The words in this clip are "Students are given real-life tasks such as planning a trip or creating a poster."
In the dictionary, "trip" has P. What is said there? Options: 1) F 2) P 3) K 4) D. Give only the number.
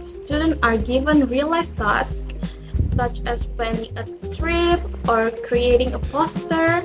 2